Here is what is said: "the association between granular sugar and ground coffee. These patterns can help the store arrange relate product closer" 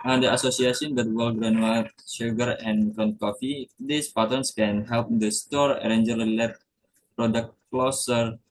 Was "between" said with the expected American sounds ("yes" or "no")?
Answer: no